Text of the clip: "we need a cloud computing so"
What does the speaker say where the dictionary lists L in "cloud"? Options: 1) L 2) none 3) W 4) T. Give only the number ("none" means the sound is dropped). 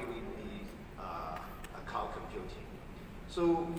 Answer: 2